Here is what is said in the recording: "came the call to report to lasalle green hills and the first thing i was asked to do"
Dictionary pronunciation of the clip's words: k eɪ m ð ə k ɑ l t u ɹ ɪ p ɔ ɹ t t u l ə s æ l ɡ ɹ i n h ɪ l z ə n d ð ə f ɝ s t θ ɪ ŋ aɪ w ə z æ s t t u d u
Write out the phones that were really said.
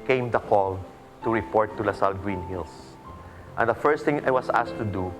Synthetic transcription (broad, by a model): k eɪ m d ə k ɑ l t u ɹ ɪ p ɔ ɹ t t u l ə s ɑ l ɡ ɹ i n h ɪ l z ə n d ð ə f ɝ s t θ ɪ ŋ aɪ w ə s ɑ s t t u d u